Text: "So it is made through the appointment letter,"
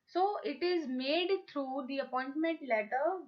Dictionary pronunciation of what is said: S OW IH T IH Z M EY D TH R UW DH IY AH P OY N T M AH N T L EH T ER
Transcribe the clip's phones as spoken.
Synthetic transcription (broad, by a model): S OW IH T IH Z M EY D T R UW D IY AH P OY N T M AH N T L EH T ER